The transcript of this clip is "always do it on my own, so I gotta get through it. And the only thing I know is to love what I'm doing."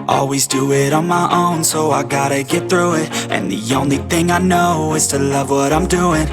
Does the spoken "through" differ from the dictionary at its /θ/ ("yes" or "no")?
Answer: no